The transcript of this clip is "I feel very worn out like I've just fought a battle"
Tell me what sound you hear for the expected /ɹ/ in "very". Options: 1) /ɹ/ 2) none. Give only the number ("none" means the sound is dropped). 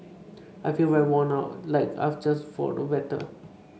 2